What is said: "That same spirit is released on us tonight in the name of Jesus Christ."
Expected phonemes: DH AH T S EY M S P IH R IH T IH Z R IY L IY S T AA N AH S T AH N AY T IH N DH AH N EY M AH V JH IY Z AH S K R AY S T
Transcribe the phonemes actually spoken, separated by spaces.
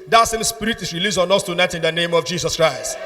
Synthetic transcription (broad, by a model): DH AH T S EY M S P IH R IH T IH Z R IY L IY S AA N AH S T AH N AY T IH N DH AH N EY M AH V JH IY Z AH S K R AY S T